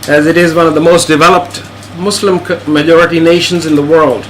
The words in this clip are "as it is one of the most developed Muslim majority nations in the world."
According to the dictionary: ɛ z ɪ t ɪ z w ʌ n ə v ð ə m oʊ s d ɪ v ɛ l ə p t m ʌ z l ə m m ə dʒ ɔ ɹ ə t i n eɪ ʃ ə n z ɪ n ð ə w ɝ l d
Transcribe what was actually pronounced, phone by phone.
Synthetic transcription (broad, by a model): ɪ z ɪ t ɪ z w ʌ n ə v ð ə m oʊ s d ɪ v ɛ l ə p t m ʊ s l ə m m ə dʒ ɔ ɹ ə t i n eɪ ʃ ə n z ɪ n ð ə w ɝ l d